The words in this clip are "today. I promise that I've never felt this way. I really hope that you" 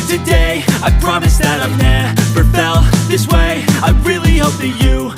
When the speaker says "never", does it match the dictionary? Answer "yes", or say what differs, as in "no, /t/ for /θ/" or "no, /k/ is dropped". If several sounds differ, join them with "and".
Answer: no, /p/ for /v/